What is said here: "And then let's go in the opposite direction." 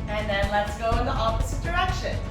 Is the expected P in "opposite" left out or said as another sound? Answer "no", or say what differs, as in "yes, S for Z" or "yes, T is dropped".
yes, F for P